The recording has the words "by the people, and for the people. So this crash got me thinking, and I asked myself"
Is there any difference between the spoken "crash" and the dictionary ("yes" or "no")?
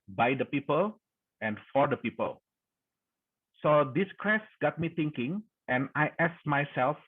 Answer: yes